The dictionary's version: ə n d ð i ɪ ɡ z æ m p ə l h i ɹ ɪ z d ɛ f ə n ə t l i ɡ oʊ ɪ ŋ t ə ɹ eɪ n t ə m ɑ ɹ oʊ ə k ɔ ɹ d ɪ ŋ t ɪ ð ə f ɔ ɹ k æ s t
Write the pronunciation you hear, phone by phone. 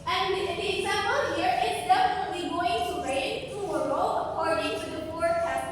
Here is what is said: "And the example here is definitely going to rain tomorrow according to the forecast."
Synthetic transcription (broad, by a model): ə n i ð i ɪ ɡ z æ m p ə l h i ɹ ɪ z d ɛ f ə n ə t l i ɡ oʊ ɪ ŋ t ə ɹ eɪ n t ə ʌ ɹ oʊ ə k ɔ ɹ d ɪ ŋ t ɪ ð ə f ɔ ɹ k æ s